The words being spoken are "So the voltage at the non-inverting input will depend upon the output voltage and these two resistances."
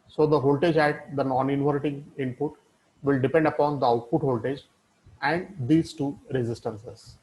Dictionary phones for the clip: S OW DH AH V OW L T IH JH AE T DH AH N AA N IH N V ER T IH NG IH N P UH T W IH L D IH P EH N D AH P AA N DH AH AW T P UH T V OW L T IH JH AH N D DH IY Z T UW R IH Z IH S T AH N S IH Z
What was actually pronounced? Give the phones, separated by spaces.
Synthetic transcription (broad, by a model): S OW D AH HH OW L T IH JH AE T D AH N AA N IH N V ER T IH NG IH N P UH T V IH L D IH P EH N D AH P AA N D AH AW T P UH T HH OW L T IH JH AH N D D IY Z T UW R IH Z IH S T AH N S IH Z